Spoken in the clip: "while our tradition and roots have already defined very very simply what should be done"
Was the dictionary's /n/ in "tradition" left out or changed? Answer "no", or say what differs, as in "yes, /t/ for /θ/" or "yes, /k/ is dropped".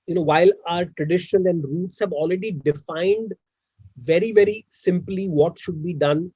yes, /l/ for /n/